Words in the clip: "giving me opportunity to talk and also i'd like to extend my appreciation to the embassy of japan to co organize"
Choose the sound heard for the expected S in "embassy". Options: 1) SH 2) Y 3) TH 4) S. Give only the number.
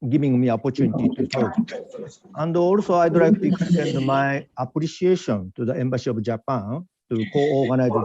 1